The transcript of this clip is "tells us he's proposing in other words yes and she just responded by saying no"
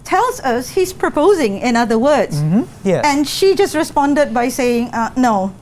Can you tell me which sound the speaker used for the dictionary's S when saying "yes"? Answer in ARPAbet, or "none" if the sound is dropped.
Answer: none